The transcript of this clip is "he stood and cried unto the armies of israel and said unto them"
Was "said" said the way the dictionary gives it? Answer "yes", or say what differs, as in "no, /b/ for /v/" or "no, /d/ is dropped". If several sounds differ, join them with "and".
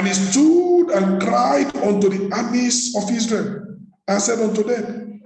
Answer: yes